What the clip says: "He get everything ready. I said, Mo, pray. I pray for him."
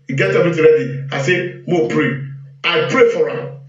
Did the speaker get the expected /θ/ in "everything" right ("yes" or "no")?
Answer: no